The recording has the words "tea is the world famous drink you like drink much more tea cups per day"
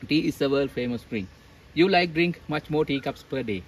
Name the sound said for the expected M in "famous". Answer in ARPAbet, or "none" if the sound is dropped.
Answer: M